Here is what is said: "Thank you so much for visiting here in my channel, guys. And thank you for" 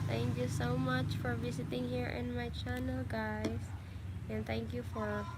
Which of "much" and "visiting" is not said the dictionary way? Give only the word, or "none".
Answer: visiting